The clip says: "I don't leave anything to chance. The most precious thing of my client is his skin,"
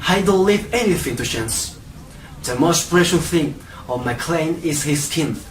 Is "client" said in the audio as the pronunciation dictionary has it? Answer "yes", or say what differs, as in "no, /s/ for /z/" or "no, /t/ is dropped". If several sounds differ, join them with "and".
no, /t/ is dropped